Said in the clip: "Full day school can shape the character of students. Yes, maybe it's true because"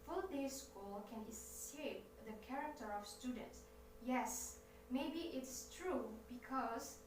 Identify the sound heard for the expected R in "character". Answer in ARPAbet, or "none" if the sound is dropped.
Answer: R